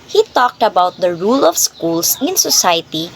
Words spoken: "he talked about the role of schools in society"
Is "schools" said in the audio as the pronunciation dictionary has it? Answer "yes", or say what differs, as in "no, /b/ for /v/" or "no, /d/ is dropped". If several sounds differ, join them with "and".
no, /s/ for /z/